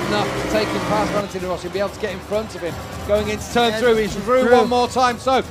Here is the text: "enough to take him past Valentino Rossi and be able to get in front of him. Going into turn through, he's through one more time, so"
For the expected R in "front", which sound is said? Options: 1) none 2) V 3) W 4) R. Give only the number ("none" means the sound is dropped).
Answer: 4